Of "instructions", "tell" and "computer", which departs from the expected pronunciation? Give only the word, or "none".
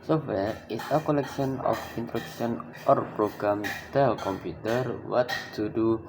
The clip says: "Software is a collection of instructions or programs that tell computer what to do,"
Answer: instructions